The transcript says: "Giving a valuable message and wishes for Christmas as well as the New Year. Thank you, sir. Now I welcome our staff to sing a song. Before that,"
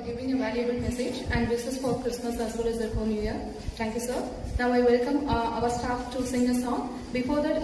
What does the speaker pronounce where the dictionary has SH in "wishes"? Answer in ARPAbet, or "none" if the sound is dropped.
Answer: S